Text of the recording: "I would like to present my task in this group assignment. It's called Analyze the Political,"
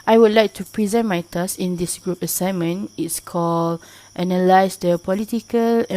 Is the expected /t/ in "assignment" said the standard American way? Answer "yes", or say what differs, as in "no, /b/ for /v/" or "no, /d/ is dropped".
no, /t/ is dropped